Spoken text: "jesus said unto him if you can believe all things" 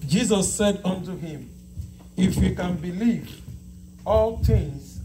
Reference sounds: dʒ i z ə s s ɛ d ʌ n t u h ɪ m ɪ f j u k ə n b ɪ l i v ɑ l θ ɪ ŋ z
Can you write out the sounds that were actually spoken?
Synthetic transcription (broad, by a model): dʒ i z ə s s ɛ d ʌ n t u h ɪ m ɪ f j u k ə n b ɪ l i v ɑ l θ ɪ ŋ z